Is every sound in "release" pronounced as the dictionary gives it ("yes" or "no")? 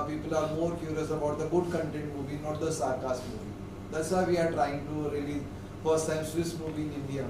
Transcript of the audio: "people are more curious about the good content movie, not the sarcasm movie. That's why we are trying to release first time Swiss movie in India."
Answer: no